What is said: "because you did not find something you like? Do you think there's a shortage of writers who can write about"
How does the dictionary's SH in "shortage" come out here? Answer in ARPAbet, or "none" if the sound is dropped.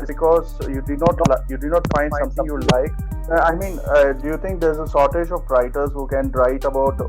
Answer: S